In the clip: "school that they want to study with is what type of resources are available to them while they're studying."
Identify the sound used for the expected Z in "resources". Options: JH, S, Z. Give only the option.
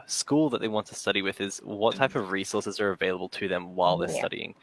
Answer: Z